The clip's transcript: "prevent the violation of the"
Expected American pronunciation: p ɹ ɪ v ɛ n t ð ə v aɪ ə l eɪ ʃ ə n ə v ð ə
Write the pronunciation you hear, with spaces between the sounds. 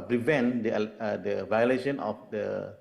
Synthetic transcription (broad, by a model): p ɹ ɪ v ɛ n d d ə v aɪ ə l eɪ ʃ ə n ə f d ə